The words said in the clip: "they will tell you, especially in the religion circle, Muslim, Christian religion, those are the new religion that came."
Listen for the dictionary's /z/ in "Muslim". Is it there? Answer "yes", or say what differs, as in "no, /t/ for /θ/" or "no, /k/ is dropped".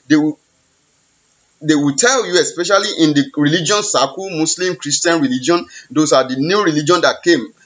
no, /s/ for /z/